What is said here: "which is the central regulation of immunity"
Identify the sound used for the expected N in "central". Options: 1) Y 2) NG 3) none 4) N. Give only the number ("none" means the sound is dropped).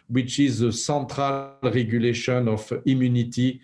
3